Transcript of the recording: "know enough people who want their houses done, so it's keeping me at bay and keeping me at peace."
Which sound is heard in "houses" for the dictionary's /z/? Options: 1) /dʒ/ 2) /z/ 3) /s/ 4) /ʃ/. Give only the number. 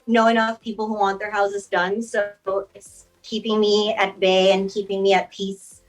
2